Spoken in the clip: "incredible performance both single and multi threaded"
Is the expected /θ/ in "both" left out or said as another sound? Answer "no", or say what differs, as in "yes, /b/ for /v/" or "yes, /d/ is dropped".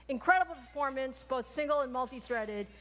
no